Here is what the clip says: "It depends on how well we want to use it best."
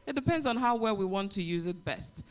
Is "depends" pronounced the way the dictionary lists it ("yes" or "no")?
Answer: yes